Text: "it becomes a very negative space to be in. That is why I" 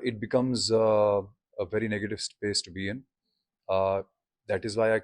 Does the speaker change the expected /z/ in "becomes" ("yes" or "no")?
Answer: no